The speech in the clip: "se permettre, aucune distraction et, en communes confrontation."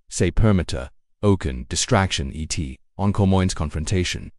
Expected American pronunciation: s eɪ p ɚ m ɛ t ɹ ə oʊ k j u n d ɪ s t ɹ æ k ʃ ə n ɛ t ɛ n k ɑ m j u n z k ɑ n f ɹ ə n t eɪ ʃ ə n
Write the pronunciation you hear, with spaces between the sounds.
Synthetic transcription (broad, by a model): s eɪ p ɚ m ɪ t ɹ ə oʊ k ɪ n d ɪ s t ɹ æ k ʃ ə n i t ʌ n k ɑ m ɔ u n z k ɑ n f ɹ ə n t eɪ ʃ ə n